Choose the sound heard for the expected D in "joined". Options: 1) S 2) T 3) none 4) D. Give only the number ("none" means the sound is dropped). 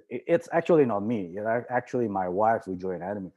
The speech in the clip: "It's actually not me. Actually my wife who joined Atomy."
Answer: 3